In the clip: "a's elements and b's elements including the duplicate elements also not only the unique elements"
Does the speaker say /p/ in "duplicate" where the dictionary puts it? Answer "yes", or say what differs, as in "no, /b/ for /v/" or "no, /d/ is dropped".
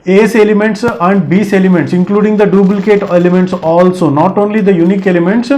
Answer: no, /b/ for /p/